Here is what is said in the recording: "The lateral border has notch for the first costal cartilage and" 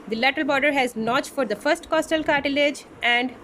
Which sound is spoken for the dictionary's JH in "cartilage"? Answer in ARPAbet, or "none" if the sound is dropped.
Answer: JH